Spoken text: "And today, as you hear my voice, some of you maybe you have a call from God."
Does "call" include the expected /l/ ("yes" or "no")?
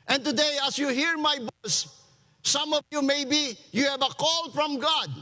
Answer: yes